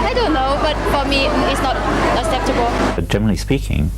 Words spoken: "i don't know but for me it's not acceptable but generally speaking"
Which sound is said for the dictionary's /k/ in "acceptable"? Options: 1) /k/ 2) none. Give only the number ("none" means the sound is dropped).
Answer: 2